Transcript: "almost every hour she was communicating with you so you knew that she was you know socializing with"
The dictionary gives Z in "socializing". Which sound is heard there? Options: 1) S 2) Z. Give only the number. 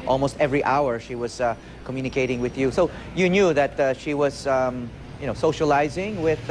2